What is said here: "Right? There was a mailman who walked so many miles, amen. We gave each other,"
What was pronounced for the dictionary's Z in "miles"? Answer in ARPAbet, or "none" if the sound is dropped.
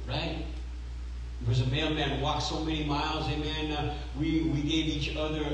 Z